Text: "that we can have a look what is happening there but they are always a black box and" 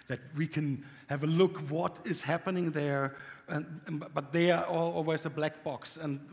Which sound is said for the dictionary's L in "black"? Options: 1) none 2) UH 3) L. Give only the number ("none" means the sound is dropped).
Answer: 3